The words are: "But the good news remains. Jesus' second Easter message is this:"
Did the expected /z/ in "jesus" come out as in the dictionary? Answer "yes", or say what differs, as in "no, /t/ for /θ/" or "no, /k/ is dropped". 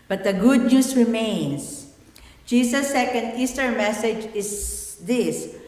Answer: no, /s/ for /z/